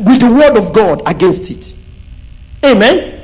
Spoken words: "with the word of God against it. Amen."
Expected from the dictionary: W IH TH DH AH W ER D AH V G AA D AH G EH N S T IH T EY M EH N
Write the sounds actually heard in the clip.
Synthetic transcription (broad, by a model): W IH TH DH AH W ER D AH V G AA D AH G EH N S T IH T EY M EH N